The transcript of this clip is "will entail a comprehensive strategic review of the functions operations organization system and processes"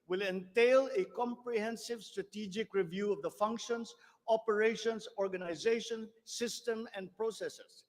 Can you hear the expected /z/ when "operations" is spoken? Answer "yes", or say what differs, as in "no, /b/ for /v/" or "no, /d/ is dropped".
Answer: no, /s/ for /z/